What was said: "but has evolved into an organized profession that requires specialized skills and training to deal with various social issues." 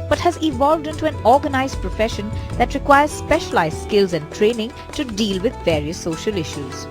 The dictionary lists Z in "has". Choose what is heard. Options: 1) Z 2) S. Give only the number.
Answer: 1